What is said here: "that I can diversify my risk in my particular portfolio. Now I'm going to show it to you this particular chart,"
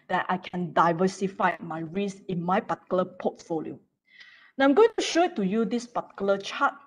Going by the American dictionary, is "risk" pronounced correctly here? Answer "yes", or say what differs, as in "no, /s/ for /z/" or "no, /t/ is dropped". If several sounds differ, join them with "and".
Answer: no, /k/ is dropped